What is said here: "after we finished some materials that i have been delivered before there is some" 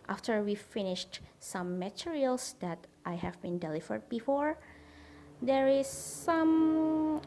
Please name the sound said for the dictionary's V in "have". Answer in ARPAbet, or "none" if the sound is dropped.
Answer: V